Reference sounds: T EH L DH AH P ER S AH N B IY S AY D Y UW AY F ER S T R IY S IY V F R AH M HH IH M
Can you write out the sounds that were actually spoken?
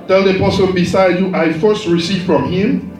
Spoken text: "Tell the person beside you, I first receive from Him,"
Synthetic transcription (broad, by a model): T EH L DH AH P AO S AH L B IY S AY D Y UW AY F ER S T R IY S IY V F R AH M HH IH M